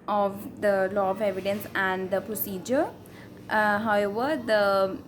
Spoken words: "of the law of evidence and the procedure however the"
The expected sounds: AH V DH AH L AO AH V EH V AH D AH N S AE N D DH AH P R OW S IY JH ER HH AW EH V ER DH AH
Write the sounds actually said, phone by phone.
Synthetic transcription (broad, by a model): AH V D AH L AO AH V EH V AH D AH N S AE N D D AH P R OW S IY JH ER HH AW EH V ER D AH